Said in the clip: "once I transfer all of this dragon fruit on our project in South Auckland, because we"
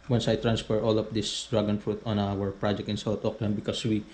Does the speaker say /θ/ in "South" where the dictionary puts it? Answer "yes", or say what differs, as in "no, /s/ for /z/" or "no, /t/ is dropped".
no, /t/ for /θ/